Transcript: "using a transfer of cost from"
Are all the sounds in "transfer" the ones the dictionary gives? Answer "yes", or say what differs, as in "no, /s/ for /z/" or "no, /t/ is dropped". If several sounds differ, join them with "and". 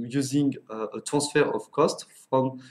no, /n/ is dropped